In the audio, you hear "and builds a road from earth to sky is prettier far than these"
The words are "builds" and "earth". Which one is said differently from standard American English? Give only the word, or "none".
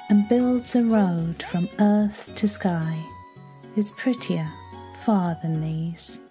none